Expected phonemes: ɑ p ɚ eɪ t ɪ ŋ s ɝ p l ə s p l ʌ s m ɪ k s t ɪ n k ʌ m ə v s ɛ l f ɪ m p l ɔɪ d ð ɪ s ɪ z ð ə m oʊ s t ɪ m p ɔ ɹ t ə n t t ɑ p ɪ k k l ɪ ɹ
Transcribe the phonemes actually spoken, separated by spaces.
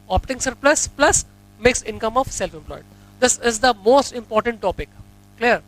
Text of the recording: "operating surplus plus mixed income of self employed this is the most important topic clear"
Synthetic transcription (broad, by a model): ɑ p t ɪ ŋ s ɝ p l ə s p l ʌ s m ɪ k s ɪ n k ʌ m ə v s ɛ l f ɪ m p l ɔɪ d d ɪ s ɪ z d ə m oʊ s t ɪ m p ɔ ɹ t ə n t t ɑ p ɪ k k l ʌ ɹ